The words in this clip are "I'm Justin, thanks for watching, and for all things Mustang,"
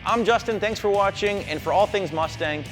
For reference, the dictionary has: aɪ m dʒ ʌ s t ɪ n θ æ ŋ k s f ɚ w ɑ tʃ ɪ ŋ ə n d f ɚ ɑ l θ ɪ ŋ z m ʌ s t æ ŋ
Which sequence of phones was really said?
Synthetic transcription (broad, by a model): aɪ m dʒ ʌ s t ɪ n θ æ ŋ k s f ɚ w ɑ tʃ ɪ ŋ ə n f ɚ ɑ l θ ɪ ŋ z m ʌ s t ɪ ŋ